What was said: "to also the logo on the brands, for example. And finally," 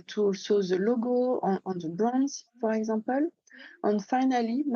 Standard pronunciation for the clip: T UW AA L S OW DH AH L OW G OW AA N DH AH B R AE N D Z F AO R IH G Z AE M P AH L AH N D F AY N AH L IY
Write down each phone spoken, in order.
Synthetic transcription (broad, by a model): T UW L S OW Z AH L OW G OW AA N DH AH B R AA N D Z P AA R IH G Z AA P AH L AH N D F AY N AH L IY